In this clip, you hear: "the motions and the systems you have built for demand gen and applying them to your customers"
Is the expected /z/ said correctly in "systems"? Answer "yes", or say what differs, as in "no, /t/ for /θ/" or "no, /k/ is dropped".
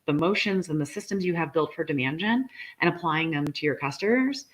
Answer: yes